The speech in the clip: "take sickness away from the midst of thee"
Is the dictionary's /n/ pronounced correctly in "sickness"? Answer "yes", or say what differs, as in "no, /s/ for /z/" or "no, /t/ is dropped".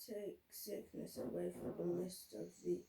yes